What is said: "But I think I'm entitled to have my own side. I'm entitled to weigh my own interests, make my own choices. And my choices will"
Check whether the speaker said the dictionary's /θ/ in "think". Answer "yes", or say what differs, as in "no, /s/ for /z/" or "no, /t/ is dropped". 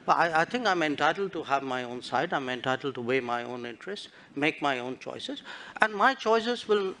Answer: no, /t/ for /θ/